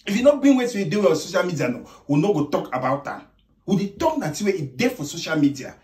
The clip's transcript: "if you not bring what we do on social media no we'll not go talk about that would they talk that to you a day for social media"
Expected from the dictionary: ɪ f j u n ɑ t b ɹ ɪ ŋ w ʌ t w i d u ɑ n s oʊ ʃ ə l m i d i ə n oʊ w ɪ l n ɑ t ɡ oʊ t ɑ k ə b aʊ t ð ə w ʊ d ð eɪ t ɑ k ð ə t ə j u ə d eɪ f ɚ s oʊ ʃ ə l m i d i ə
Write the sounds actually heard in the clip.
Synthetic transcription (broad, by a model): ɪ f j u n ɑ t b ɪ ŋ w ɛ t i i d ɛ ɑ s oʊ ʃ ə l m i d i ə n oʊ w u n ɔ ɡ oʊ t ɑ k ə b aʊ t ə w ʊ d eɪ t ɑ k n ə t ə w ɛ ə d eɪ f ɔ s oʊ ʃ ə l m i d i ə